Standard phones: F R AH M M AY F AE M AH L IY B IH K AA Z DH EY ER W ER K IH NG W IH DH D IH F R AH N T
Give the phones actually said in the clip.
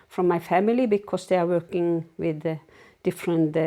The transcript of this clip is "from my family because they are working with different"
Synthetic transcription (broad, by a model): F R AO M M AY F AE M AH L IY B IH K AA S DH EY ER W ER K IH NG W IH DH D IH F R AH N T